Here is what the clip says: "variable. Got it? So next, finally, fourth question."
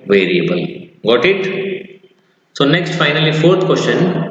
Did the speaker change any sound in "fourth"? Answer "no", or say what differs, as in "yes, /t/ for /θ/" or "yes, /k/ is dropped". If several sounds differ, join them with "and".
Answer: yes, /t/ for /θ/